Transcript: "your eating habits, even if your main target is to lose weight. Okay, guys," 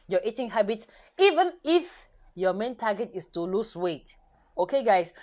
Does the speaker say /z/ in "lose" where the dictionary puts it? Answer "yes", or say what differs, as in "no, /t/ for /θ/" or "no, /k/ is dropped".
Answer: no, /s/ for /z/